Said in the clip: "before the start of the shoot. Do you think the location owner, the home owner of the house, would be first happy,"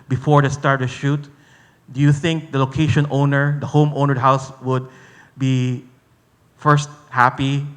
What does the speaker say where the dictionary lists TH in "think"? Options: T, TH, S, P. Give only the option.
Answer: TH